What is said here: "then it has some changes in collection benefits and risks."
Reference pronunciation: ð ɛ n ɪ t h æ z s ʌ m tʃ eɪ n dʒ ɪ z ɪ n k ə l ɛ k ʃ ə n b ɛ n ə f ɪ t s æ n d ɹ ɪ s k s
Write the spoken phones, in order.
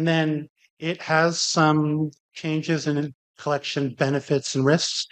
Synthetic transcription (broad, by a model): ð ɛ n ɪ t h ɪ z s ʌ m tʃ eɪ n dʒ ɪ z ɪ n k ə l ɛ k ʃ ə n b ɛ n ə f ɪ t s n ɹ ɪ s k s